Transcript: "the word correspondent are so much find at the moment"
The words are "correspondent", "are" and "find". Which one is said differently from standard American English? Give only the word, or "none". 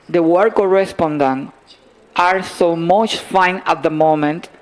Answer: find